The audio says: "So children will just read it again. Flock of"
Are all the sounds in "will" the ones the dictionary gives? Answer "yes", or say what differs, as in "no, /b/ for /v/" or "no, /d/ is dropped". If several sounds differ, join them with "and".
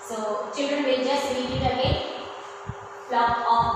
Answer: no, /n/ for /l/